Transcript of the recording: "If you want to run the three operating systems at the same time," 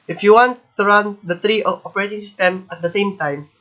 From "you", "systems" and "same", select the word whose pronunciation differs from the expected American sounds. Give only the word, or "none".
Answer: systems